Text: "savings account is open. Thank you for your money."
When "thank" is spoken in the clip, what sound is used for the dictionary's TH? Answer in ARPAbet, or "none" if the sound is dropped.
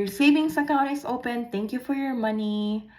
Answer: T